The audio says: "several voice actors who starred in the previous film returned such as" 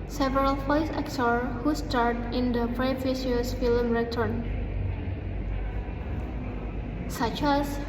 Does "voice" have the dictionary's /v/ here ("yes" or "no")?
no